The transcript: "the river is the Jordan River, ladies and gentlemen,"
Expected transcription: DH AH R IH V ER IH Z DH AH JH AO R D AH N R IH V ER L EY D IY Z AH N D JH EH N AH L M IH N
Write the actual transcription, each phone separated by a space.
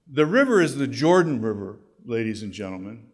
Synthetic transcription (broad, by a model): DH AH R IH V ER IH Z DH AH JH AO R D N R IH V ER L EY D IY Z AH N JH EH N L M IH N